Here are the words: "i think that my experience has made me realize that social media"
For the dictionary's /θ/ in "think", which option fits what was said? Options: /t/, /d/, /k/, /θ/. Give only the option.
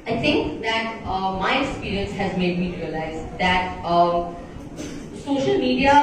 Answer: /t/